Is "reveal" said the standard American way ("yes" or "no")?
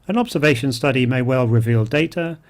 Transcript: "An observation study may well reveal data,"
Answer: yes